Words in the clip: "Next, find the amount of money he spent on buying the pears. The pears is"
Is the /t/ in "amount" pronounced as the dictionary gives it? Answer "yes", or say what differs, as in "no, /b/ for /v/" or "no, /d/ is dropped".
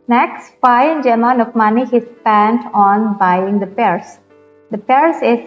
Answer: no, /t/ is dropped